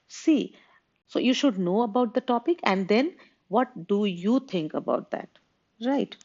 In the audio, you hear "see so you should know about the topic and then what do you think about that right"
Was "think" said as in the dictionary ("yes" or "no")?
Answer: no